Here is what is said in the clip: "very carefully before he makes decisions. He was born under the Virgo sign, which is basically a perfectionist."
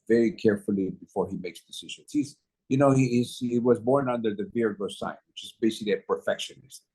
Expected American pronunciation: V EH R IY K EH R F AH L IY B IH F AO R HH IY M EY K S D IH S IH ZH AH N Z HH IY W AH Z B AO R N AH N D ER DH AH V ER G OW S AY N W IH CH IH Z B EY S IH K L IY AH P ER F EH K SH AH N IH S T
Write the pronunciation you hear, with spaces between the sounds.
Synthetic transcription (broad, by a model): V EH R IY K EH R F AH L IY B IH F AO R HH IY M EY K S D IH S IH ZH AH N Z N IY W AH Z B AO R N AH N D ER DH AH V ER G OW S AY N W IH CH IH Z B EY S IH K L IY AH P ER F EH K SH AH N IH S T